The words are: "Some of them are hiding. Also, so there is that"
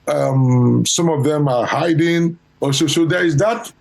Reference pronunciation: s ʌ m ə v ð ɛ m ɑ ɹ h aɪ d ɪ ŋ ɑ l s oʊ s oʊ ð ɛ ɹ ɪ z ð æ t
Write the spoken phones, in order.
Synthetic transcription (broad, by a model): s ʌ m ə v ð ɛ m ɑ ɹ h aɪ d ɪ ŋ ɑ s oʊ s oʊ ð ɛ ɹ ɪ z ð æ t